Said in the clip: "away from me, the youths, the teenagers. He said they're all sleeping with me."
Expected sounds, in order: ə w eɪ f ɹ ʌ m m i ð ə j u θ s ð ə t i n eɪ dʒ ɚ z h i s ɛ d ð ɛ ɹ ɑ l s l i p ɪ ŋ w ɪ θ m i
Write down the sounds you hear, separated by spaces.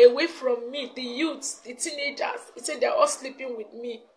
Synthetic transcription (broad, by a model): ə w eɪ f ɹ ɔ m m i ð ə j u t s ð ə t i n eɪ dʒ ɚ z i s ɛ d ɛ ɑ ɑ l s l i p ɪ ŋ w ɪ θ m i